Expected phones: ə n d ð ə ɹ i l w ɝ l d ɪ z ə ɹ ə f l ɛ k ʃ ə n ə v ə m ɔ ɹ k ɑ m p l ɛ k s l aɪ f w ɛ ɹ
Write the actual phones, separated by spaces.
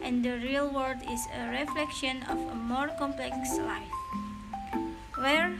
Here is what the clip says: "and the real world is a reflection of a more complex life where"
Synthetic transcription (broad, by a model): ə n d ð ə ɹ i l w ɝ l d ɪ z ə ɹ ə f l ɛ k ʃ ə n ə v ə m ɔ ɹ k ɑ m p l ɛ k s l aɪ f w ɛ ɹ